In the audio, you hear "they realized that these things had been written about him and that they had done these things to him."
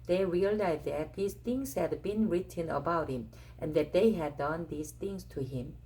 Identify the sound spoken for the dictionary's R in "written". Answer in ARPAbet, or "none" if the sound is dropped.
R